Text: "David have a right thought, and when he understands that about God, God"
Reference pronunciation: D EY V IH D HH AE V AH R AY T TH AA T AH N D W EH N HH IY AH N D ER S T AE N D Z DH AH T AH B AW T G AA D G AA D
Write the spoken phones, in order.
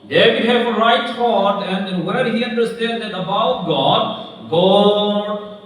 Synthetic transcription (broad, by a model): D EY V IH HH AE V AH R AY T F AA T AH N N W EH HH IY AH N D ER S T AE N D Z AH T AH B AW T G AA D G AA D